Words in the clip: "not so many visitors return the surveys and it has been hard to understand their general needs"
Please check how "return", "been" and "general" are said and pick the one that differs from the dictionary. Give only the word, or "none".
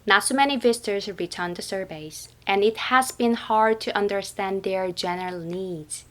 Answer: none